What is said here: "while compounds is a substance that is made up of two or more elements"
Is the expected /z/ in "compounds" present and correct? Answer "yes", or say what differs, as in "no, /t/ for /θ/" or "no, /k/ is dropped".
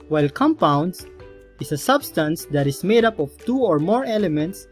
no, /s/ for /z/